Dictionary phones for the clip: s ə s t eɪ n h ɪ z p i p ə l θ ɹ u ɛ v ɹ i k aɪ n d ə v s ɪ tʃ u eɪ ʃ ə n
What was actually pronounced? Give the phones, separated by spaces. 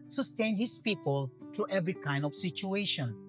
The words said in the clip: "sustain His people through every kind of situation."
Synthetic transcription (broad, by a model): s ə s t eɪ n h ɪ s p i p ə l t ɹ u ɛ v ɹ i k aɪ n d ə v s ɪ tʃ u eɪ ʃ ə n